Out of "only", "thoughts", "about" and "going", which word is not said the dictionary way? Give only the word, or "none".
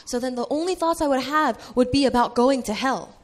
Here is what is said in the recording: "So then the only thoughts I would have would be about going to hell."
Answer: none